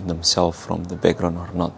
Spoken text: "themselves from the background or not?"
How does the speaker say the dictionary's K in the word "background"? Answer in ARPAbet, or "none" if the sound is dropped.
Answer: none